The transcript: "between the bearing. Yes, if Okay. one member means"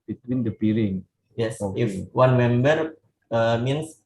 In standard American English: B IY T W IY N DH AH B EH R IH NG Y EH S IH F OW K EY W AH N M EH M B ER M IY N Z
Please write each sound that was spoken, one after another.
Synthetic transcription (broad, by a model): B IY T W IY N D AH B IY L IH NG Y EH S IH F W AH N M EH M B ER M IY N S